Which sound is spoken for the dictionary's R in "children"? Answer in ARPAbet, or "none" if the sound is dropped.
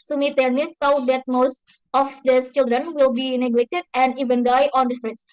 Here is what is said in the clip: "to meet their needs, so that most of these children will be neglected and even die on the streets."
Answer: R